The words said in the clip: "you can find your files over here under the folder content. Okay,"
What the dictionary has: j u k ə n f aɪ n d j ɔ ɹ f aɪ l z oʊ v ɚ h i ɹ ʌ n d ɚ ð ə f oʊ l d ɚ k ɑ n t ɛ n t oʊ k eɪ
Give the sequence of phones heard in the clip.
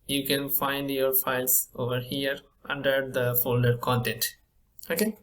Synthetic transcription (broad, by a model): j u k ə n f aɪ n d j ɔ ɹ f aɪ l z oʊ v ɚ h i ɹ ʌ n d ɚ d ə f oʊ l d ɚ k ɑ n t ɛ n t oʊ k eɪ